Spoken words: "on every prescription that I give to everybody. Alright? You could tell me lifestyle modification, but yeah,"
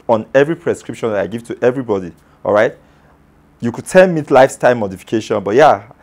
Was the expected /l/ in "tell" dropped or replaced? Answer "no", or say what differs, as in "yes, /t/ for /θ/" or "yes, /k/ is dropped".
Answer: yes, /n/ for /l/